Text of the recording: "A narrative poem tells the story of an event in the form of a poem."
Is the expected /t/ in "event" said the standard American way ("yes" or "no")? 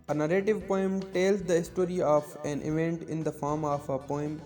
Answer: yes